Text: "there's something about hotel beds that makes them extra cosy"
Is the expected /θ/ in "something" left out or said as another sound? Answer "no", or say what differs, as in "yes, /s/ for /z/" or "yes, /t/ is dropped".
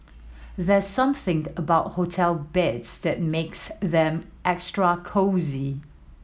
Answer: no